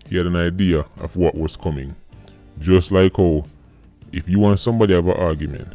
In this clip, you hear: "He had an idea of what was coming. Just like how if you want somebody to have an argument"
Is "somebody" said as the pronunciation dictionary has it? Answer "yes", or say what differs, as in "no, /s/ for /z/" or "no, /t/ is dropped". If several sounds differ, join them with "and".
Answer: yes